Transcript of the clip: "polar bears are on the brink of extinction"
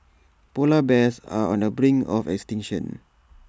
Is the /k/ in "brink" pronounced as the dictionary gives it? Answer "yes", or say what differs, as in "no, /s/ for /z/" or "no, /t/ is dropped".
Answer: no, /k/ is dropped